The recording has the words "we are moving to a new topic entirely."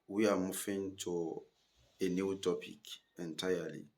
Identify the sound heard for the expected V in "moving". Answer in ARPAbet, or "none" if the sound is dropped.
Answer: F